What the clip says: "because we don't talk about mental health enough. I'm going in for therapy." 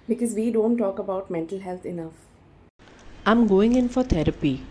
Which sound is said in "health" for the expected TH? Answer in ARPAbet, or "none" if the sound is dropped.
T